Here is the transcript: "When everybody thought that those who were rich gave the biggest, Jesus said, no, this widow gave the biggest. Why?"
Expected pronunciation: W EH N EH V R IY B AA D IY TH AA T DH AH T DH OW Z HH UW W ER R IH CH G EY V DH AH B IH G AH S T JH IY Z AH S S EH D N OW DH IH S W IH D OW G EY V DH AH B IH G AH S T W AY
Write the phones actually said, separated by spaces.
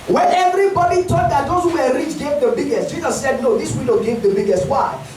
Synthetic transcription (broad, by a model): W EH N EH V R IY B AA D IY T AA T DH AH T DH OW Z HH UW W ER R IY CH G EY V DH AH B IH G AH S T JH IY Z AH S S EH D N OW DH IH S W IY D OW G EY V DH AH B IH G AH S T W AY